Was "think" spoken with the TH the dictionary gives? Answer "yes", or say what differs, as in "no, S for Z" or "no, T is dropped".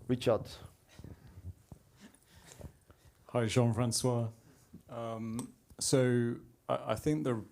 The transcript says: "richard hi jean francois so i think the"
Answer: yes